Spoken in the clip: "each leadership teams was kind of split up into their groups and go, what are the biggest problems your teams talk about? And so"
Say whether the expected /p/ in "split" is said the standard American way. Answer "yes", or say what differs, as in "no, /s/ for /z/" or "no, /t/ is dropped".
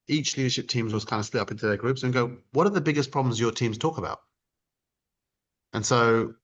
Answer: no, /p/ is dropped